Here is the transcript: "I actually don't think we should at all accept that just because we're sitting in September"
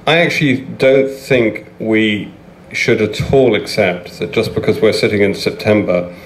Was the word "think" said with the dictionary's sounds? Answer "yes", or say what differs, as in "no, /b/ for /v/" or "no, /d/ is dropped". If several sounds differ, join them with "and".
yes